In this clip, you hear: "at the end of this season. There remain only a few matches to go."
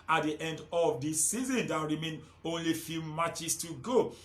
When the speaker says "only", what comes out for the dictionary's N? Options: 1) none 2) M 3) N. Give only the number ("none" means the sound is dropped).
3